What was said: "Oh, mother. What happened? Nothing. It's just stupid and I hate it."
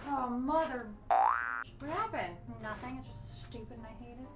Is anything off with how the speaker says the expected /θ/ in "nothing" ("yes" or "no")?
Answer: no